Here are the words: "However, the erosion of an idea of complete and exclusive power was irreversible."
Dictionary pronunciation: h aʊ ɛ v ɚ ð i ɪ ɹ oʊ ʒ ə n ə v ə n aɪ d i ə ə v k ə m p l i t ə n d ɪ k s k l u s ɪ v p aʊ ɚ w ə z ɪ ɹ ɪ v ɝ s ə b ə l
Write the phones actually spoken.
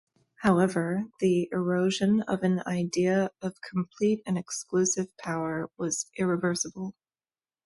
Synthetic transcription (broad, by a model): h aʊ ɛ v ɚ ð i ɪ ɹ oʊ ʒ ə n ə v ə n aɪ d i ə ə v k m p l i t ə n ɪ k s k l u s ɪ v p aʊ ɚ w ə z ɪ ɹ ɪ v ɝ s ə b l